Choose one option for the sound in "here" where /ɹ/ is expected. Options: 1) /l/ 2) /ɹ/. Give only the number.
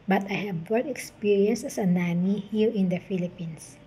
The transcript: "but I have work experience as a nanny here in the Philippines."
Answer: 1